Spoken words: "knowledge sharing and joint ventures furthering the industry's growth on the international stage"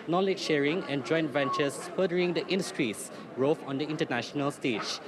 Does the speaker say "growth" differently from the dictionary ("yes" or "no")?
yes